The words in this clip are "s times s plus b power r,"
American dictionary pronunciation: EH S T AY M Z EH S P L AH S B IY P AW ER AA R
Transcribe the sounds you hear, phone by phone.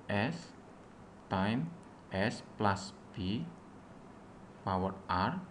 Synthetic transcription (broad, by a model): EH S T AY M EH S P L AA S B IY P AW ER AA R